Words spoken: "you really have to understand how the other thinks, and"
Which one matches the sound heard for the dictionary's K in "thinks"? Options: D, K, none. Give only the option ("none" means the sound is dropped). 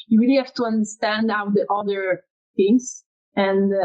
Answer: none